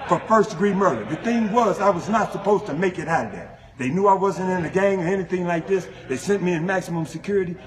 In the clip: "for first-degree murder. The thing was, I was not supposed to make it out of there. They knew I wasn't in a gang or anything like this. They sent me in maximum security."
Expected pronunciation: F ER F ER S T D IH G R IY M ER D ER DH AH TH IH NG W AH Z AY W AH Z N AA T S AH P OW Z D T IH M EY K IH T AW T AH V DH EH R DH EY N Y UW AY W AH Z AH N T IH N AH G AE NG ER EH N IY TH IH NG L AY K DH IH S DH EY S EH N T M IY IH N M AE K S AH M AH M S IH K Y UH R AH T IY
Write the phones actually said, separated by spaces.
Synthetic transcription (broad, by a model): F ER F ER S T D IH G R IY M ER D ER DH AH TH IH NG W AH Z AY W AH Z N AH T S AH P OW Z T IH M EY K IH T AW T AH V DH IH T DH EY N Y UW AY W AH Z AH N T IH N AH G AE NG ER EH N IY TH IH NG L AY K DH IH S DH EY S EH N M IY IH N M AE K S AH M AH M S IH K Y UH R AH T IY